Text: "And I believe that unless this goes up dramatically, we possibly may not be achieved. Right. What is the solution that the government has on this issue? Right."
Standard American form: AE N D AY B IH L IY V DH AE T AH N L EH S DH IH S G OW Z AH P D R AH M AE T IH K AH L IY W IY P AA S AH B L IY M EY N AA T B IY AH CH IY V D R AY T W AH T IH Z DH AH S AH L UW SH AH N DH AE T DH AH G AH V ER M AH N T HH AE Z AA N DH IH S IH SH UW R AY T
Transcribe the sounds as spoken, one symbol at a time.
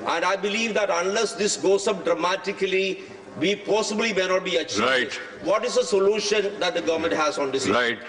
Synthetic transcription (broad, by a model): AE N D AY B IH L IY V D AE T AH N L EH S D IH S G OW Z AH P D R AH M AE T IH K AH L IY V IY P AA S AH B L IY M EY N AA T B IY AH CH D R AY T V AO T IH Z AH S AH L UW SH AH N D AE T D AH G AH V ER M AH N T HH AE Z AA N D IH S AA UW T